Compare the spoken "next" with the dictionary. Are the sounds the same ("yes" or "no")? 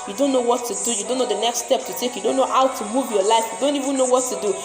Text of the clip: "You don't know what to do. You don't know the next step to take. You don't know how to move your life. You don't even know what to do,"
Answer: yes